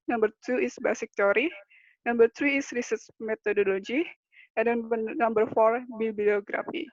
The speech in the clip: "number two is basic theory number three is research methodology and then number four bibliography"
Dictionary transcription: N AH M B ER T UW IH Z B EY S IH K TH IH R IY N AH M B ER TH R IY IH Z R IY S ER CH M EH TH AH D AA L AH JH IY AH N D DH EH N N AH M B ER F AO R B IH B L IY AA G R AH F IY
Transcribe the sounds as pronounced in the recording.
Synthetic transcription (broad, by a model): N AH M B ER T UW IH S B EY S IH K T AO R IY N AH M B ER T R IY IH S R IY S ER S M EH T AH D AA L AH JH IY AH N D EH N N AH M B ER F AO R B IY B L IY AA G R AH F IY